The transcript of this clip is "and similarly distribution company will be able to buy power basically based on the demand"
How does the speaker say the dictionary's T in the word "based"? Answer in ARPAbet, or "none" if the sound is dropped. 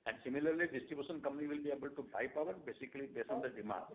none